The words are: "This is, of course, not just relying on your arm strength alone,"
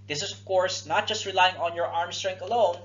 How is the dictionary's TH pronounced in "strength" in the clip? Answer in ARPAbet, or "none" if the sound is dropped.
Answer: T